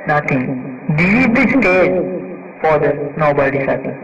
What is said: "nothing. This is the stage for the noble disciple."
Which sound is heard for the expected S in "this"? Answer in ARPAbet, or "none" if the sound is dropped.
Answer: none